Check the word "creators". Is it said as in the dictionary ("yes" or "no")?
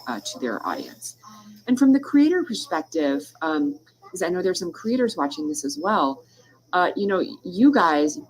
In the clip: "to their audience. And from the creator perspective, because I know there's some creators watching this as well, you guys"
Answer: yes